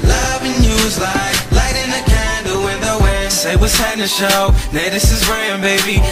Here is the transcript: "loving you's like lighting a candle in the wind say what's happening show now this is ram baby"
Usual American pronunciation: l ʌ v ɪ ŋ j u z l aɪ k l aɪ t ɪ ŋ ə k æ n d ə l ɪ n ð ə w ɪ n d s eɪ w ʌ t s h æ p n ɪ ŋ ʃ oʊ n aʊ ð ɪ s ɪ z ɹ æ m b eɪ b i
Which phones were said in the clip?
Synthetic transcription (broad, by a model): l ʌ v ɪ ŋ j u z l aɪ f l aɪ t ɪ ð ə k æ n d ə w ɪ n ð ə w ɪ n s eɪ w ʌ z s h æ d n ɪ ʃ oʊ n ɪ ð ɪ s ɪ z ɹ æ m b eɪ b i